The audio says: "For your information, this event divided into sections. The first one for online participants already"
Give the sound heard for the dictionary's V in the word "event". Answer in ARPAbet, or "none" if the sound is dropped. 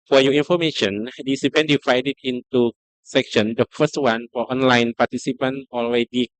P